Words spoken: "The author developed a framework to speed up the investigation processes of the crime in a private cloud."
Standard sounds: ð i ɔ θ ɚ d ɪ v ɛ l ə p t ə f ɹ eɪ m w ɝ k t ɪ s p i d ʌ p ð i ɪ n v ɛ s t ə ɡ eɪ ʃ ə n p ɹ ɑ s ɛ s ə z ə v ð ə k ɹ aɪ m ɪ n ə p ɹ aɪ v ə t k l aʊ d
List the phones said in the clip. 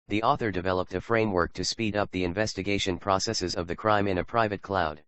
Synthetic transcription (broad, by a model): ð i ɔ θ ɚ d ɪ v ɛ l ə p t ə f ɹ eɪ m w ɝ k t ɪ s p i d ʌ p ð i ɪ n v ɛ s t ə ɡ eɪ ʃ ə n p ɹ ɑ s ɛ s ə z ə v ð ə k ɹ aɪ m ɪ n ə p ɹ aɪ v ə t k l aʊ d